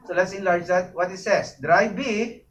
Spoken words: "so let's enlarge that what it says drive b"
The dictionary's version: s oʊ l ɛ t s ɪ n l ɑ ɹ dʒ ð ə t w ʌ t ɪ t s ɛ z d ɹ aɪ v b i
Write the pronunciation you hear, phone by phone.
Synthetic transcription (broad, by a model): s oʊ l ɛ t s ɪ n l ɑ ɹ dʒ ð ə t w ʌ t ɪ t s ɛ s d ɹ aɪ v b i